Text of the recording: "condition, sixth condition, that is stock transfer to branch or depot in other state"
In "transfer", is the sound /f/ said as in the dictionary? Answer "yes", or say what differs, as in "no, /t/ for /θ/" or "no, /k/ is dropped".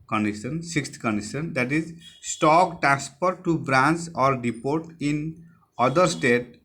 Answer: no, /p/ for /f/